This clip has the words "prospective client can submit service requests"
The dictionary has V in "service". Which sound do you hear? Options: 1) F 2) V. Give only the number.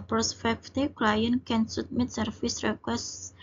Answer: 1